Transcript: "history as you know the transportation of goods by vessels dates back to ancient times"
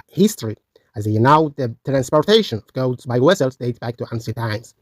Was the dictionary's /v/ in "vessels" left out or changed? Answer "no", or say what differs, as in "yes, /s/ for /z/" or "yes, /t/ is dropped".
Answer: yes, /w/ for /v/